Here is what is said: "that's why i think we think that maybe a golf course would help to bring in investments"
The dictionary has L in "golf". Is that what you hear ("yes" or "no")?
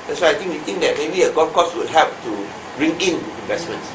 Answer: no